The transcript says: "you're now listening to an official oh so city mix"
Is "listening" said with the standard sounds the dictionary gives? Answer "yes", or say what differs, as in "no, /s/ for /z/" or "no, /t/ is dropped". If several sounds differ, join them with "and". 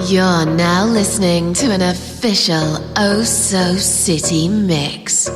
yes